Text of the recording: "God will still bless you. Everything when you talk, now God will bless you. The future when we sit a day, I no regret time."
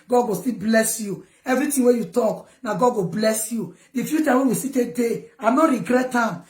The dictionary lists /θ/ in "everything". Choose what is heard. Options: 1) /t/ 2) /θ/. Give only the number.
1